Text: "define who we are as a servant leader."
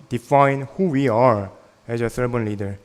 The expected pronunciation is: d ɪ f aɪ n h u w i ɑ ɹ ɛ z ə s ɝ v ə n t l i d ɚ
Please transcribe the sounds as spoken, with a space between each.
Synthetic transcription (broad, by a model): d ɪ f aɪ n h u w i ɑ ɹ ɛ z ə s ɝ b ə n l i d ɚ